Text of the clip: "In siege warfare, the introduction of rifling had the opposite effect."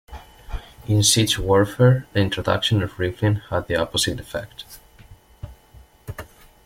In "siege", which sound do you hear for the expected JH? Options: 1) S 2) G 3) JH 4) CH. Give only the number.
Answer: 4